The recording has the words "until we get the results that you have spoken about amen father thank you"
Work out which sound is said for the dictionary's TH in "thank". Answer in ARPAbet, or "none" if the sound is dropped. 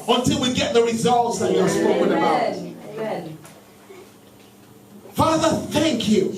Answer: TH